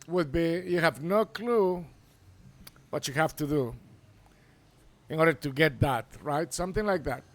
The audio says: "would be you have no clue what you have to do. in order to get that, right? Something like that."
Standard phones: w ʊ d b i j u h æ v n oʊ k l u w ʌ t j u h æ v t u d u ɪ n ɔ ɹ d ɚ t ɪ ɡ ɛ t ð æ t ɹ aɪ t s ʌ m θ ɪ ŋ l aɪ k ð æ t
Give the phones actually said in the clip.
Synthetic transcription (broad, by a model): w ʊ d b i j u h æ v n oʊ k l u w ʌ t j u h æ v t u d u ɪ n ɔ ɹ d ɚ t ɪ ɡ ɛ t ð æ t ɹ aɪ t s ʌ m θ ɪ ŋ l aɪ k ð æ t